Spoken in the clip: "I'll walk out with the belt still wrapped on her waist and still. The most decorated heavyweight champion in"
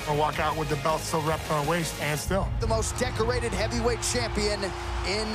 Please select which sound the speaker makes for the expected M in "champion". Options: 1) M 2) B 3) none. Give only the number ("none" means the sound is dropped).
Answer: 1